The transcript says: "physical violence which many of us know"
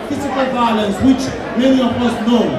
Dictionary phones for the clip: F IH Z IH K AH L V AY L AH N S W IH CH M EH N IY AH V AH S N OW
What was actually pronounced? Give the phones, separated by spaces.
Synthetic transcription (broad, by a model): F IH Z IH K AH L V AY L AH N S W IH CH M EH L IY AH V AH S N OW